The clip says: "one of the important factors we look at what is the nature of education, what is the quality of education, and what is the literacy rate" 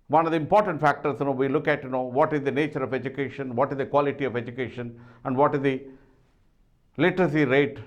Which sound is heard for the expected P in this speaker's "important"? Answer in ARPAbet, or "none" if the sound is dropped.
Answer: P